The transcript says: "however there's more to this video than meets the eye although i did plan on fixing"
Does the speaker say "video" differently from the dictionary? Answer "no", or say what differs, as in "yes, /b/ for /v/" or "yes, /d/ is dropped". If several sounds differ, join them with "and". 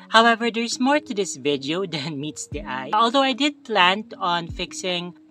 no